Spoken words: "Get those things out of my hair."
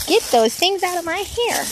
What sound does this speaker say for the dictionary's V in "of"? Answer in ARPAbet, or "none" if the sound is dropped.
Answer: V